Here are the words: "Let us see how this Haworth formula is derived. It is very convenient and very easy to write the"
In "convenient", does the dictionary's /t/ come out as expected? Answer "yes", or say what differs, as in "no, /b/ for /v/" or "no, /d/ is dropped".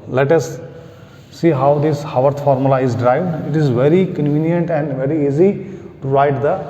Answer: yes